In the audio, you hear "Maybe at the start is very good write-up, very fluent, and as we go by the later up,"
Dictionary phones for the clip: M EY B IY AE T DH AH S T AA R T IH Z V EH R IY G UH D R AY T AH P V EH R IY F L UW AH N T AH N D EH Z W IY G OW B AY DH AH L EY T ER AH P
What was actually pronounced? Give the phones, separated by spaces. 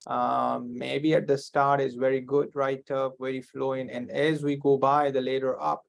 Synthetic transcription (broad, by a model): M EY B IY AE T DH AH S T AA R T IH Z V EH R IY G UH D R AY T AH P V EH R IY F L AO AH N AH N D EH Z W IY G OW B AY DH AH L EY T ER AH P